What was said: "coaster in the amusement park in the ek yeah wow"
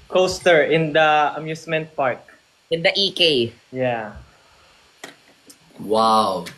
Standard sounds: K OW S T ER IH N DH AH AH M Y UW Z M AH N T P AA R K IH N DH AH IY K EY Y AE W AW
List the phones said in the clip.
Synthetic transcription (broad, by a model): K OW S T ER IH N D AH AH M Y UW S M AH N T P AA R K IH N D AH IY K EY Y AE W AW